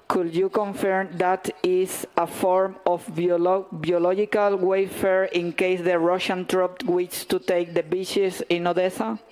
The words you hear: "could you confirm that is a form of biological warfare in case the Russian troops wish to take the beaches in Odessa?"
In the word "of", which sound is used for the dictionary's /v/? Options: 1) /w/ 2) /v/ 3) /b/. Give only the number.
3